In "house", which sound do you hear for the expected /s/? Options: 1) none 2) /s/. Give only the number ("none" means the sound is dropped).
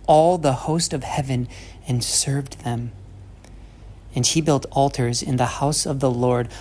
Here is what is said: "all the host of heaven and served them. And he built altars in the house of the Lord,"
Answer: 2